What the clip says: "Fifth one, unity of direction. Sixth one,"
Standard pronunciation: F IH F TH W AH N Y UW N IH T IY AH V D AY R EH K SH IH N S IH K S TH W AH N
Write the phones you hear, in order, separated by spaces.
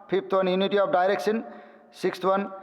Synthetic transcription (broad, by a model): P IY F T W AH N Y UW N IH T IY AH P D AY R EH K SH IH N S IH K S T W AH N